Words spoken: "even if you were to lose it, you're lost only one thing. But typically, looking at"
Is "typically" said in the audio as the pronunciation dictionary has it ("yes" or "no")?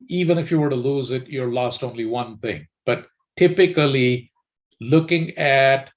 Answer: yes